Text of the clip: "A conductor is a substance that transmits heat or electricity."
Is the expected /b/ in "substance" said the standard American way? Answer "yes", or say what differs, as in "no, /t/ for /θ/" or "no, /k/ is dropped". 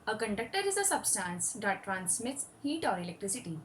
yes